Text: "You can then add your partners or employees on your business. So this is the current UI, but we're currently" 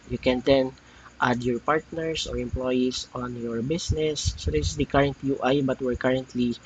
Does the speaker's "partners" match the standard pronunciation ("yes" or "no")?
no